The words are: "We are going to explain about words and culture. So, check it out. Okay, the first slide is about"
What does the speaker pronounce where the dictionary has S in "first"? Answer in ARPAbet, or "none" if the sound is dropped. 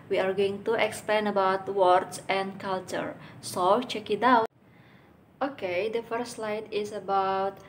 none